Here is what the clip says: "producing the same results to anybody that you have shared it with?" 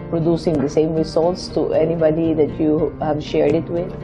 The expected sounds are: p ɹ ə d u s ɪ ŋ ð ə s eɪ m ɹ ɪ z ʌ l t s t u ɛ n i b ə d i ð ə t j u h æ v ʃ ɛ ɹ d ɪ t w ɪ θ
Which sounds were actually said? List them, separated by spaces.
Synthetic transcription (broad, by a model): p ɹ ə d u s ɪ ŋ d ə s eɪ m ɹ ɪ s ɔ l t s t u ɛ n i b ə d i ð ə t j u h æ v ʃ ɛ ɹ d ɪ t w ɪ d